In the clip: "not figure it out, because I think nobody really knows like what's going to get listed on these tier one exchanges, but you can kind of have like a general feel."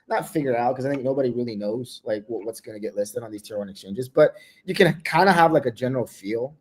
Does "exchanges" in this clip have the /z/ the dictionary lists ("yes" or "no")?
yes